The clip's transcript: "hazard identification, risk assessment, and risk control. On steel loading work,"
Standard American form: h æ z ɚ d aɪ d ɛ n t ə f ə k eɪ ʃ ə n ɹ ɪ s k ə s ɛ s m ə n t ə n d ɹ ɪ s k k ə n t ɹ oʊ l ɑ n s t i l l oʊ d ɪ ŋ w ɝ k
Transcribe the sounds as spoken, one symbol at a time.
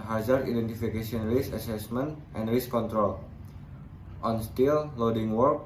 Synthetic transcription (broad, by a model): h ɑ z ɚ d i d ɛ n t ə f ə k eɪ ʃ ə n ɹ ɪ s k ə s ɛ s m ə n t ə n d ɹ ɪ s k k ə n t ɹ oʊ l ɑ n s t i l l oʊ d ɪ ŋ w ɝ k